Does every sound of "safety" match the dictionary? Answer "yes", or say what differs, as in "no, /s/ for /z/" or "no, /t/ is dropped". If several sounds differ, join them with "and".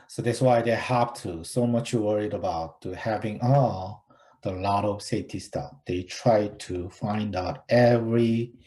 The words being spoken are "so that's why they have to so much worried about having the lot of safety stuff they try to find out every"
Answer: no, /f/ is dropped